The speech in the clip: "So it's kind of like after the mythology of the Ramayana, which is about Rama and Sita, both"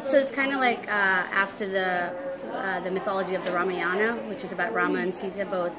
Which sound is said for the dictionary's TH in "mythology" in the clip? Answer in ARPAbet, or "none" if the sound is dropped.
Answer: TH